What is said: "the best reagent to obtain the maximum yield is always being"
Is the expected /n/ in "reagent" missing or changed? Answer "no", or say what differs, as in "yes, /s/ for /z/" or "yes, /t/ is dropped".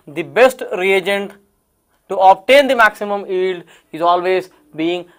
no